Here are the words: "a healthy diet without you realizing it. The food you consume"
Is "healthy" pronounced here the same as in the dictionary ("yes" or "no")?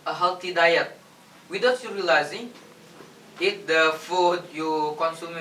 no